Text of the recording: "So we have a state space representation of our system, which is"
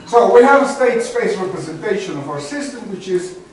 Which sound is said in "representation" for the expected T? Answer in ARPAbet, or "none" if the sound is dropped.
T